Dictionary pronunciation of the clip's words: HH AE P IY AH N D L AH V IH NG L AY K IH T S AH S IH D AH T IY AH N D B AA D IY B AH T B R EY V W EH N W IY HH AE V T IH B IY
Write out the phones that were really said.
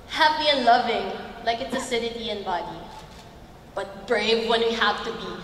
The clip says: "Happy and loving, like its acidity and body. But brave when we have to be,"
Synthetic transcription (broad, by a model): HH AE P IY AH N L AH V IH NG L AY K IH T S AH S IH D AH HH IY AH N B AA D IY B AH T B R EY V W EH N W IY HH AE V T IH B IY